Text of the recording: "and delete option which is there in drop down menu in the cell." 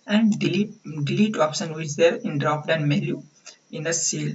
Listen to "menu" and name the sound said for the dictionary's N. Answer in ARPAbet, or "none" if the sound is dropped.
L